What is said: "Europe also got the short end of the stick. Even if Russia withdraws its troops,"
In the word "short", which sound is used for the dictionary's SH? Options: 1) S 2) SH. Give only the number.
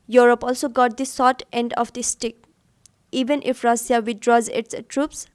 1